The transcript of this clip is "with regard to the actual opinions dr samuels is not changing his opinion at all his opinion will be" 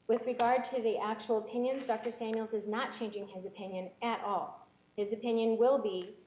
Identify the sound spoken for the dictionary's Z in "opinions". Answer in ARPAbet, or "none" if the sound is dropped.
Z